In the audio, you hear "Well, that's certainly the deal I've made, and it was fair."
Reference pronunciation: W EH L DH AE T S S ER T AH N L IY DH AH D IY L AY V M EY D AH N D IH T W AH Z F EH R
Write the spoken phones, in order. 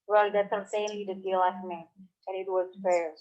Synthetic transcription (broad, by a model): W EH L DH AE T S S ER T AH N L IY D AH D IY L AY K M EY AH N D IH T W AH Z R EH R